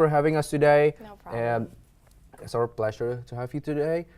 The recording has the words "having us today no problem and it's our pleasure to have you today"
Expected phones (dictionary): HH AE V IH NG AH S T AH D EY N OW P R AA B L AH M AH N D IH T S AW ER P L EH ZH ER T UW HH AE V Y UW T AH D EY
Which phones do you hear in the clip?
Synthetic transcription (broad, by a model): HH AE V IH NG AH S T AH D EY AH AH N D IH T S AW ER P L EH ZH ER T UW HH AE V Y UW T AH D EY